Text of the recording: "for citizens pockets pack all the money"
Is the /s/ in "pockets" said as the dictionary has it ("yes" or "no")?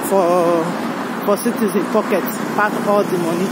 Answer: no